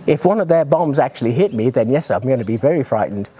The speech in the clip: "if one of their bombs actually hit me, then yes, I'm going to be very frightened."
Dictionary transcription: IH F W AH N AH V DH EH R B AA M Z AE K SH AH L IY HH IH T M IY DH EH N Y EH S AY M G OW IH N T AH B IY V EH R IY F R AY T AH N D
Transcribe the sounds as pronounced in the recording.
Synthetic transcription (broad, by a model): IH F W AH N AH V DH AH R B AA M Z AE K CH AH L IY HH IH T M IY DH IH N Y EH S AY M G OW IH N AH B IY V EH R IY F R AY T N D